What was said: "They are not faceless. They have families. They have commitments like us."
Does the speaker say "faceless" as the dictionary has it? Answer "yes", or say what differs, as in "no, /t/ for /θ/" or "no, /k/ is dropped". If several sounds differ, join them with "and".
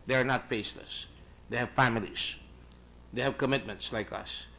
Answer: yes